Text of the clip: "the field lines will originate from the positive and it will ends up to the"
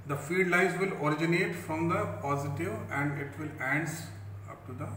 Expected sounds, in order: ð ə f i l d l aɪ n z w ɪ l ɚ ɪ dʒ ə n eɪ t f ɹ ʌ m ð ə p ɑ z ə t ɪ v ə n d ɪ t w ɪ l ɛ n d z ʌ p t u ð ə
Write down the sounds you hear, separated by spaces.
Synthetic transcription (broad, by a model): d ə f i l d l aɪ z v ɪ l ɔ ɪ dʒ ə n eɪ t f ɹ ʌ m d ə p ɑ z ə t ɪ v ə n d ɪ t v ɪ l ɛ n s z ʌ p t u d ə